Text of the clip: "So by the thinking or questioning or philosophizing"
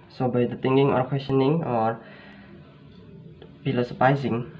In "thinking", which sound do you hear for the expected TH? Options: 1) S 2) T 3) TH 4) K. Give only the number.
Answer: 2